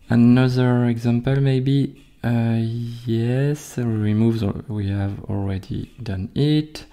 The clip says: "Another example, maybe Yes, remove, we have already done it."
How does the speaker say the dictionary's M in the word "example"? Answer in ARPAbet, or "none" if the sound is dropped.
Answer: M